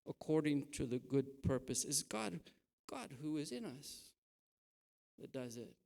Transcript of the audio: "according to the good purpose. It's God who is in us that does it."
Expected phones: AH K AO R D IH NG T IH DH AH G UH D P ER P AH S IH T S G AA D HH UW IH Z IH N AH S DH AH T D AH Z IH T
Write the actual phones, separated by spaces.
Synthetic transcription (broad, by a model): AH K AO R D IH NG T IH DH AH G UH D P ER P AH S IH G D G AA D HH UW IH Z IH N AH S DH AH T D AH Z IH T